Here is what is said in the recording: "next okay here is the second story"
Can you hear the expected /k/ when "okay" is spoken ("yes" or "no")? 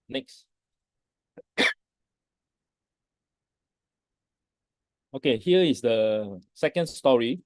yes